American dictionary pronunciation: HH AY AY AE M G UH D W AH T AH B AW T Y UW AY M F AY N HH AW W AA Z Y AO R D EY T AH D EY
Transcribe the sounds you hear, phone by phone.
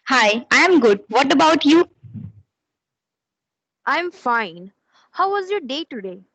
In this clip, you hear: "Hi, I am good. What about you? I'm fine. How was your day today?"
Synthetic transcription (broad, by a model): HH AY AY M G UH D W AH T AH B AW T Y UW AY M F AY N HH AW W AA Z Y AO R D EY T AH D EY